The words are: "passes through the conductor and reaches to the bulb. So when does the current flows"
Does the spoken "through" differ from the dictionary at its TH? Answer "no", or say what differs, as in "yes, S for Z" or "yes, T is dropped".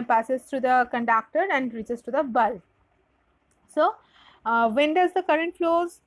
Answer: yes, T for TH